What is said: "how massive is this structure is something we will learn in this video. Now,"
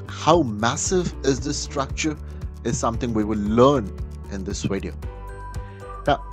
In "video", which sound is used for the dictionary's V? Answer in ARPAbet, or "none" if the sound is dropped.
W